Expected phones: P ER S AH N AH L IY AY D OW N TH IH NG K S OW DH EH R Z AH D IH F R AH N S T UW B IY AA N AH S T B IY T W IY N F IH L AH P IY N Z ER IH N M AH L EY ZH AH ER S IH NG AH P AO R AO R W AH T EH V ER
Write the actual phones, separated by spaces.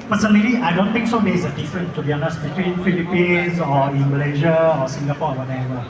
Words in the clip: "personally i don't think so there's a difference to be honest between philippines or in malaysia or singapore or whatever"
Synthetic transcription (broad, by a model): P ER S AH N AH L IY AY D OW N T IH NG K S OW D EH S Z AH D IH F R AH N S T UW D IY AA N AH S B IY T W IY N F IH L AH P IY N S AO IH N M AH L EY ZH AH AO S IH NG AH P AO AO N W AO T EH V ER